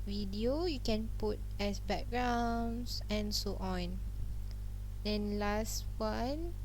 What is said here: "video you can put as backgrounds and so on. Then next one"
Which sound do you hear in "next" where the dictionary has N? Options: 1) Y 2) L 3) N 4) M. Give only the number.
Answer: 2